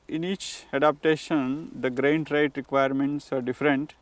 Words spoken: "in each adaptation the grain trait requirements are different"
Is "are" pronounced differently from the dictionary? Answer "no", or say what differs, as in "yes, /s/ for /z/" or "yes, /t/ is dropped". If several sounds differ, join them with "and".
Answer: no